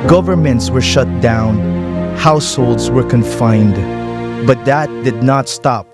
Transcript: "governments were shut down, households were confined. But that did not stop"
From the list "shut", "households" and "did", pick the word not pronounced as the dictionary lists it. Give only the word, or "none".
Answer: none